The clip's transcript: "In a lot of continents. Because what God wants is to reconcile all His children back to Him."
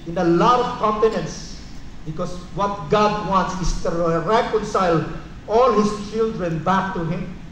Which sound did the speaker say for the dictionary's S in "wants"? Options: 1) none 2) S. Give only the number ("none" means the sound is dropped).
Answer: 2